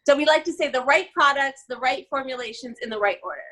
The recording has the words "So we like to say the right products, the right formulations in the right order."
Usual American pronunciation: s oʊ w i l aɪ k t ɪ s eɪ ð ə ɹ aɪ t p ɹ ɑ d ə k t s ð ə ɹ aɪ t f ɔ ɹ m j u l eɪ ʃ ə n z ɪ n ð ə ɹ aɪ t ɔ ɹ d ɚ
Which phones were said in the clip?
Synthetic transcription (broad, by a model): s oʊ w i l aɪ k t ɪ s eɪ ð ə ɹ aɪ t p ɹ ɑ d ə k t s ð ə ɹ aɪ t f ɔ ɹ m j u l eɪ ʃ ə n z ɪ n ð ə ɹ aɪ t ɔ ɹ d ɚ